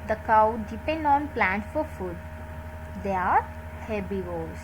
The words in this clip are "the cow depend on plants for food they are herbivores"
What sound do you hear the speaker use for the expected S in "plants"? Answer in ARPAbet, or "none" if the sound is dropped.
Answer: none